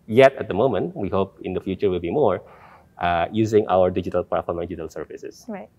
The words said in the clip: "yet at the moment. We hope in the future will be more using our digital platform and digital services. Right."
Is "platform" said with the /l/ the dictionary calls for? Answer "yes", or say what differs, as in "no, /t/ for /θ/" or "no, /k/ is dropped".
no, /l/ is dropped